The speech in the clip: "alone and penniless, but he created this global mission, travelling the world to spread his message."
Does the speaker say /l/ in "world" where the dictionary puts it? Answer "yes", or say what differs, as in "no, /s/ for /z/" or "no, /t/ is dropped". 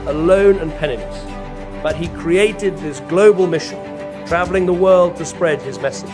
yes